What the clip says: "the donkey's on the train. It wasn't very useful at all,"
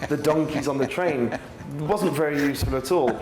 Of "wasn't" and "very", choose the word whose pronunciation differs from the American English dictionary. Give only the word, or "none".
none